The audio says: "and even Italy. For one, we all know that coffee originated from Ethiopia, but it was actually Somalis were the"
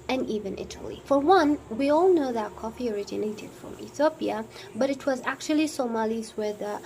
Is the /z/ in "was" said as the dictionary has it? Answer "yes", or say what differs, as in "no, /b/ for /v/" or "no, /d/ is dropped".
yes